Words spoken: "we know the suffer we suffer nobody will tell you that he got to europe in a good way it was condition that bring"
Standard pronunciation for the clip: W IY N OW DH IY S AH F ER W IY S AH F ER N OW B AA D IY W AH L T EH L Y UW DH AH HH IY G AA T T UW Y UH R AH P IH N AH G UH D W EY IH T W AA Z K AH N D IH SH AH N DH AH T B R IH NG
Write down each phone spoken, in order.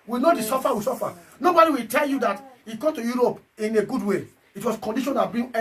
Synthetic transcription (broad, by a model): W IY N OW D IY S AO F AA W IY S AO F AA N OW B AA D IY W AH L T EH L Y UW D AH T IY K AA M T UW Y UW R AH P IH N AH G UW D W EY IH T W AA S K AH N D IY SH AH N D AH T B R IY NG